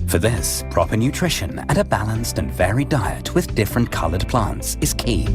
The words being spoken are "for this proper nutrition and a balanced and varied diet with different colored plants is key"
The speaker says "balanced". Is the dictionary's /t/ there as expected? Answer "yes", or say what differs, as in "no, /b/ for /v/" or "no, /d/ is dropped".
yes